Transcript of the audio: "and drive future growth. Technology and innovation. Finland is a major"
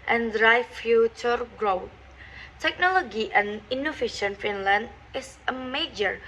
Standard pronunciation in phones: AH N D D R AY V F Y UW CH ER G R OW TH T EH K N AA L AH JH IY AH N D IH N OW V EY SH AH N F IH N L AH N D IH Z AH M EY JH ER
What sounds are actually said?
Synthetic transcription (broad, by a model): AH N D D R AY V F Y UW CH ER G R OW T T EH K N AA L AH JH IY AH N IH N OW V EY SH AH N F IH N L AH N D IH S AH M EY JH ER